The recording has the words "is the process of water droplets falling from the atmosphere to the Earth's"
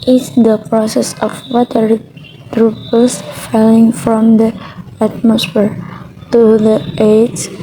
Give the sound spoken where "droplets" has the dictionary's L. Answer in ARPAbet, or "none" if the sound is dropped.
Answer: none